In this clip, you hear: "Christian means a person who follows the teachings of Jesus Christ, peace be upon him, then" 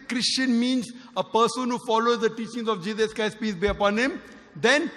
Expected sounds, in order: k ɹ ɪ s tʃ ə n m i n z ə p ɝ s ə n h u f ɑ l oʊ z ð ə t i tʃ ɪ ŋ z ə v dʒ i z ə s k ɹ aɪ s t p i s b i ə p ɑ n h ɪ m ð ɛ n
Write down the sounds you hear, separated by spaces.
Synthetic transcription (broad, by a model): k ɹ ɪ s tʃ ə n m i n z ə p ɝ s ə n h u f ɑ l oʊ z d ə t i tʃ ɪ ŋ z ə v dʒ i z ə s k aɪ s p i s b i ə p ɑ n h ɪ m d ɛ n